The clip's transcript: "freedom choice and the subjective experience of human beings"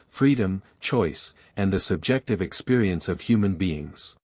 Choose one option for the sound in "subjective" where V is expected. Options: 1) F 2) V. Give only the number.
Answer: 2